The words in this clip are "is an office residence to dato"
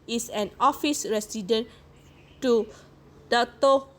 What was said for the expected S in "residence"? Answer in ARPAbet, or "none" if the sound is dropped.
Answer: none